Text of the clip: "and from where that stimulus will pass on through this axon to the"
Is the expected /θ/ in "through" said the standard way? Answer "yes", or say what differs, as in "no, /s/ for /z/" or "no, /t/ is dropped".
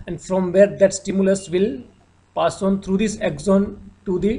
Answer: no, /t/ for /θ/